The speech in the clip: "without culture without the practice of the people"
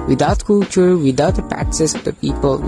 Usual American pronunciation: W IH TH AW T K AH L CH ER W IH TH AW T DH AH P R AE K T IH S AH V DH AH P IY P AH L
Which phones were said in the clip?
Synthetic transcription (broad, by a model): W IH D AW T K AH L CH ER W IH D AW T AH P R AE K S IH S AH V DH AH P IY P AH L